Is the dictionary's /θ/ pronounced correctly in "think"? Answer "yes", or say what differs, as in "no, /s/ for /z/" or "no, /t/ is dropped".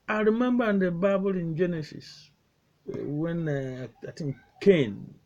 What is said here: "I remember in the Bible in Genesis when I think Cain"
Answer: no, /t/ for /θ/